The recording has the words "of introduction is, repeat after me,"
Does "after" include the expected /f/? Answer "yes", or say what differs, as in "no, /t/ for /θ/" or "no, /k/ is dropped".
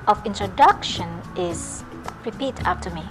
no, /p/ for /f/